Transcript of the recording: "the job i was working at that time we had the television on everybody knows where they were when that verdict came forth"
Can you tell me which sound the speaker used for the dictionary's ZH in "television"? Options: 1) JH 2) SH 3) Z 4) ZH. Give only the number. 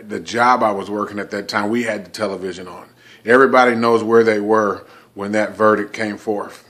4